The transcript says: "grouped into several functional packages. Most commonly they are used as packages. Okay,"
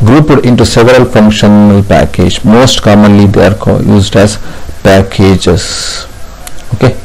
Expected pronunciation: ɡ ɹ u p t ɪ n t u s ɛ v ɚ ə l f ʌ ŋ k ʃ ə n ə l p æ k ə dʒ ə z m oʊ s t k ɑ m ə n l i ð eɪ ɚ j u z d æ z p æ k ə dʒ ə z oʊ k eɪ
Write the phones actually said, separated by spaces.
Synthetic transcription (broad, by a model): ɡ ɹ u p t ɪ n t u s ɛ v ɚ ə l f ʌ ŋ k ʃ ə n ə l p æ k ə dʒ m oʊ s t k ɑ m ə n l i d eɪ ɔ j u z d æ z p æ k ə dʒ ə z oʊ k eɪ